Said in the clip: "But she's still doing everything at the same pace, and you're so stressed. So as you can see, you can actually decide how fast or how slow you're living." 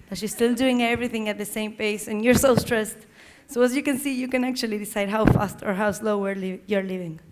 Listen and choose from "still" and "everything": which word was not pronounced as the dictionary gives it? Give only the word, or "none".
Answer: none